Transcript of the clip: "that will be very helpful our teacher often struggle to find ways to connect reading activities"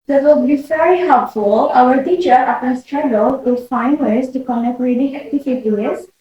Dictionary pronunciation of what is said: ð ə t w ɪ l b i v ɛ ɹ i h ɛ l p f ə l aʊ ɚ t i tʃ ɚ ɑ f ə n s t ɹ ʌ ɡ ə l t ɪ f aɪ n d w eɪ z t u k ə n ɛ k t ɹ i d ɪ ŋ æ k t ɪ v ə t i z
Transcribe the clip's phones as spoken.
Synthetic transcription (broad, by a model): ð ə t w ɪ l b i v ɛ ɹ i h ɛ l p f ə l aʊ ɚ t i tʃ ɚ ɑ p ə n s t ɹ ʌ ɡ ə l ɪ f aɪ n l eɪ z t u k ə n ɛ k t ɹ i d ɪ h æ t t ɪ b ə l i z